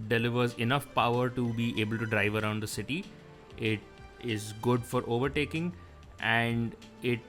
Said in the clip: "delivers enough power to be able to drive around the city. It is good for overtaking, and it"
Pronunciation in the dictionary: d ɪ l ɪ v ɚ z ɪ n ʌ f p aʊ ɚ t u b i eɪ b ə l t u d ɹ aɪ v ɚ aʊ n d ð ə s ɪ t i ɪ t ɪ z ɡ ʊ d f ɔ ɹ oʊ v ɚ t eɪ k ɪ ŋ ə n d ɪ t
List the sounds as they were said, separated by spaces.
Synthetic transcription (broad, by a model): d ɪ l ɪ v ɚ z ɪ n ʌ f p aʊ ɚ t u b i eɪ b ə l t u d ɹ aɪ v ɚ aʊ n d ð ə s ɪ t i ɪ t ɪ z ɡ ʊ d f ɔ ɹ oʊ v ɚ t eɪ k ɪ ŋ ə n d ɪ t